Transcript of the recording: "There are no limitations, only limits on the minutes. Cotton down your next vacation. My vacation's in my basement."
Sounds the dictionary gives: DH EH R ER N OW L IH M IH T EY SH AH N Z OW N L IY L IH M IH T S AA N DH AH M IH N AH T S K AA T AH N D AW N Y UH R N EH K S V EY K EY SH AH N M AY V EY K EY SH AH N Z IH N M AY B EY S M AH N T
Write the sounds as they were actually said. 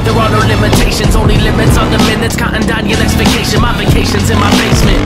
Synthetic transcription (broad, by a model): DH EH R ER N OW L IH M IH T EY SH AH N Z OW N L IY L IH M IH T S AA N DH AH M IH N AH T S K AA T AH N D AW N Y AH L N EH K S P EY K EY SH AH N M AY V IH K EY SH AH N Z IH N M AY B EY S M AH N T